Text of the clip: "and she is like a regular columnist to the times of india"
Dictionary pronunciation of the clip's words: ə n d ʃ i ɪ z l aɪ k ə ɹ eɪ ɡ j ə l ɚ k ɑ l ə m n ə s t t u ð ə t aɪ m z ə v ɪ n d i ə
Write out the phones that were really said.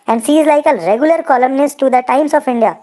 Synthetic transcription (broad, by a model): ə n d s i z l aɪ k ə ɹ eɪ ɡ j ə l ɚ k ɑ l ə m n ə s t t u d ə t aɪ m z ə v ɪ n d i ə